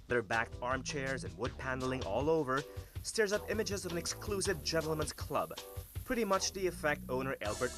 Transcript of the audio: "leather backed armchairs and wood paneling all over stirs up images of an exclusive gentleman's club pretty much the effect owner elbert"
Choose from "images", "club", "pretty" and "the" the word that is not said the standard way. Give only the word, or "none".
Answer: none